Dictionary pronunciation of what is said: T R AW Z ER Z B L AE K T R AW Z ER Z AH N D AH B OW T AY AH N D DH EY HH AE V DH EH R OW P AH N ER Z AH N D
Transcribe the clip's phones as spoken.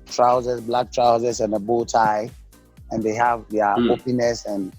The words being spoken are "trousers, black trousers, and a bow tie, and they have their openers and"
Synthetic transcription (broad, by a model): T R AW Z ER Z B L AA K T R AW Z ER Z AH N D AH B OW T AY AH N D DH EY HH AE V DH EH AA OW P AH N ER S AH N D